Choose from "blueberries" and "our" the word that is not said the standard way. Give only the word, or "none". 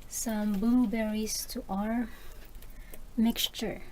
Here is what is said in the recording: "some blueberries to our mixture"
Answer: blueberries